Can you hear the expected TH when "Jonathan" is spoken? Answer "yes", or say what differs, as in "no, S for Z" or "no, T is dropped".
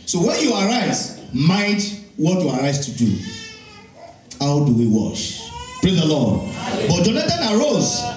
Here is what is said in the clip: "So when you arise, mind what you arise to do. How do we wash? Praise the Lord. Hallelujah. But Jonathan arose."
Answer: no, T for TH